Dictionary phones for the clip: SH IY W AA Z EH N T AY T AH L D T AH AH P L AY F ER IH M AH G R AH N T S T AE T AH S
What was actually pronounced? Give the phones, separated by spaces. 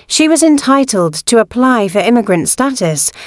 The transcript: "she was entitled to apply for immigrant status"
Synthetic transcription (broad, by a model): SH IY W AA Z EH N T AY T AH L D T AH AH P L AY F ER IH M AH G R AH N T S T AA T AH S